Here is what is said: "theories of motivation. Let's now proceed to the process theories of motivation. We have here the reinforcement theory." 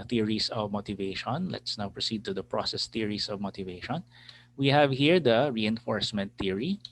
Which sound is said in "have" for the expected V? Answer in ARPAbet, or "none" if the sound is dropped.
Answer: V